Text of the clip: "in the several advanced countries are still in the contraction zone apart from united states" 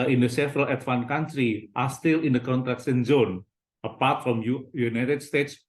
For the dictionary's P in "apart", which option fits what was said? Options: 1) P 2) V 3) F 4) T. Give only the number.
1